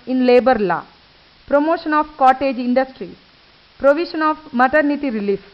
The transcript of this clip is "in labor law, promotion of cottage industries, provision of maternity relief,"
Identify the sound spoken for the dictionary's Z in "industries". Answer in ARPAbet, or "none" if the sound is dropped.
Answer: none